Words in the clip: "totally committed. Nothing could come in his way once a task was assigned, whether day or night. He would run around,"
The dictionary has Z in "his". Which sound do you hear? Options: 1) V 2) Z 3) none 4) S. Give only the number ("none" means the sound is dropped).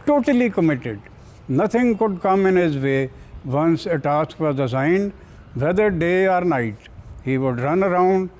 2